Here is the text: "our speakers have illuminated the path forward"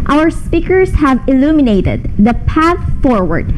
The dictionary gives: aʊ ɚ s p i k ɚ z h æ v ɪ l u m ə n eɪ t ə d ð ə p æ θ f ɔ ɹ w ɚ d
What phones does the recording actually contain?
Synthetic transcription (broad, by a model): aʊ ɚ s p i k ɚ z h æ v ɪ l u m ə n eɪ t ə d ð ə p æ θ f ɔ ɹ w ɚ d